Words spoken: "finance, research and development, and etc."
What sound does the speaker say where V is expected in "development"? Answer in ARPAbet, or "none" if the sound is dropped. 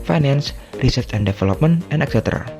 F